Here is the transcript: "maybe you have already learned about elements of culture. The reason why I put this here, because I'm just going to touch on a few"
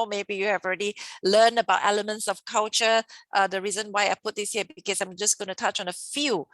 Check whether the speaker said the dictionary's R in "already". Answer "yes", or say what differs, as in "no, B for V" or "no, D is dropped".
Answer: yes